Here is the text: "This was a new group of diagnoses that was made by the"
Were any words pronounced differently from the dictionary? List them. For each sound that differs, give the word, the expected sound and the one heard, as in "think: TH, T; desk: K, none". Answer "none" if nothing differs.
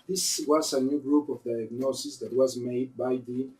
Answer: diagnoses: Z, S